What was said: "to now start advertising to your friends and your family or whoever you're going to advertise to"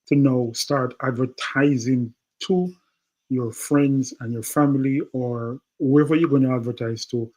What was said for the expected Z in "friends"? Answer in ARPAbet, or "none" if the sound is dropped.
Z